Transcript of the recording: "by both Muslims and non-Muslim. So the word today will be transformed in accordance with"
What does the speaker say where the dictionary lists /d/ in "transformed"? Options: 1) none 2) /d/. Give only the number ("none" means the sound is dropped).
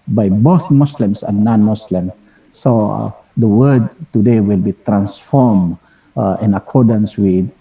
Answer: 1